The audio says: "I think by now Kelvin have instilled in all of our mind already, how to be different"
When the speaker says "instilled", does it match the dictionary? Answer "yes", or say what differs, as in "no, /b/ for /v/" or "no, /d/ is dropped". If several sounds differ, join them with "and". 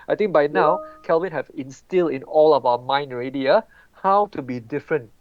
yes